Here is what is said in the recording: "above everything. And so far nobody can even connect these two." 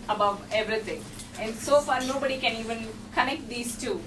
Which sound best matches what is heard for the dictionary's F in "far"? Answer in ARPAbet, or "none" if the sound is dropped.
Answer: F